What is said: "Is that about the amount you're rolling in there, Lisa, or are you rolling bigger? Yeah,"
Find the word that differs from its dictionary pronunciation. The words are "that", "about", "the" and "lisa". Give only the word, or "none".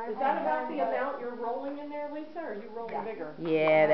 lisa